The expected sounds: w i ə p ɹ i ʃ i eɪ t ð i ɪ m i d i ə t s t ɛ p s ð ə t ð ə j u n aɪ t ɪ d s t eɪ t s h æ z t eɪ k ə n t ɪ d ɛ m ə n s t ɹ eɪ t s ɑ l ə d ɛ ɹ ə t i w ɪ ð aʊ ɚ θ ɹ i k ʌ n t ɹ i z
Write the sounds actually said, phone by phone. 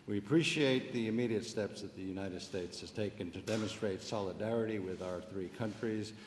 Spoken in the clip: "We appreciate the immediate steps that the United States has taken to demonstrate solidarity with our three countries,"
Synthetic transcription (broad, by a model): w i ə p ɹ i ʃ i eɪ t ð i ɪ m i d i ə t s t ɛ p s ð ə t ð ə j u n aɪ t ɪ d s t eɪ t s h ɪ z t eɪ k ə n t ɪ d ɛ m ə n s t ɹ eɪ t s ɑ l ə d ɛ ɹ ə t i w ɪ ð aʊ ɚ θ ɹ i k ʌ n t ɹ i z